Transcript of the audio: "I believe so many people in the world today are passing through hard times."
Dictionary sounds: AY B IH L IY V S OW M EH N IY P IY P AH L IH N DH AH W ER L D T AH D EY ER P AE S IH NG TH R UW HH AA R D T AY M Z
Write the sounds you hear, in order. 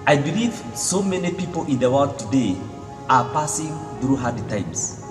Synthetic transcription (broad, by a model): AY B IH L IY V S OW M EH N IY P IY P AH L IH N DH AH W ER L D T AH D EY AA P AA S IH NG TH R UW HH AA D T AY M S